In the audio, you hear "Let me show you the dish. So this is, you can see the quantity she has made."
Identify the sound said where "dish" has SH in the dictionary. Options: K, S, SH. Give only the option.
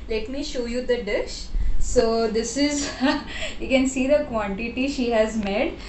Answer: SH